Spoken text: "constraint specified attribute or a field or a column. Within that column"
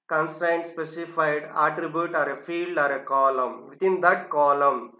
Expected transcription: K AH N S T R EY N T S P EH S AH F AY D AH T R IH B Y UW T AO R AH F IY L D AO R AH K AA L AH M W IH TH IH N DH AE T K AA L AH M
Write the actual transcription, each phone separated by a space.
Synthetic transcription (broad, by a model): K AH N S T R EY N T S P EH S AH F AY D AH T R IH B Y UW T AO R AH F IY L D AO R AH K AA L AH M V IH T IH N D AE T K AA L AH M